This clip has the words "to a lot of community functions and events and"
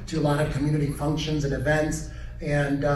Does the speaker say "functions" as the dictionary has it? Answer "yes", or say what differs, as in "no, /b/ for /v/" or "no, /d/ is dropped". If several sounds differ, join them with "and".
yes